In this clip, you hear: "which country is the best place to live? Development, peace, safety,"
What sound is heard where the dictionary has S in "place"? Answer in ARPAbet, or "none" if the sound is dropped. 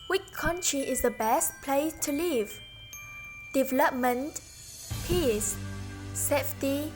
none